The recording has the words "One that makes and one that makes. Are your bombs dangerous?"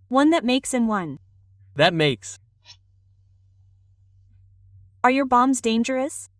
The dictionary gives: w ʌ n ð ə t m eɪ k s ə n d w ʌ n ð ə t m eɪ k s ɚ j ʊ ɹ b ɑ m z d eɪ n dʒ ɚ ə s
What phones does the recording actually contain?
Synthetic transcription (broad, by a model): w ʌ n ð ə t m eɪ k s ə n w ʌ n ð ə t m eɪ k s ɚ j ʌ ɹ b ɑ m z d eɪ n dʒ ɚ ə s